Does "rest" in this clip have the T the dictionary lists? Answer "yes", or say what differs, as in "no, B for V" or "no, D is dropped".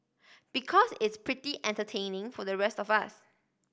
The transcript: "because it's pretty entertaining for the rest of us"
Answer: yes